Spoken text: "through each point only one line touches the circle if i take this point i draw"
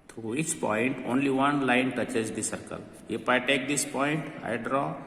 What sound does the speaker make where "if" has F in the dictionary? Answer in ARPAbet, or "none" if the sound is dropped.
P